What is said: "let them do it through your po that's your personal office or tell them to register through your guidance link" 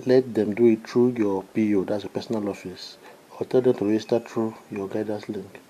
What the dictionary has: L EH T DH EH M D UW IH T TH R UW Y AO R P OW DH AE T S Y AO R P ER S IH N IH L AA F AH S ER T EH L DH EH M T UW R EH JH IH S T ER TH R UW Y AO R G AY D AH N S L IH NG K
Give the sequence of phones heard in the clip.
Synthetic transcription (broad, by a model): L EH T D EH M D UW IH T T R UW Y AO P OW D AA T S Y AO P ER S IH N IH L AA F AH S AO T EH L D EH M T UW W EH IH S T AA T R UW Y AO G AY D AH S L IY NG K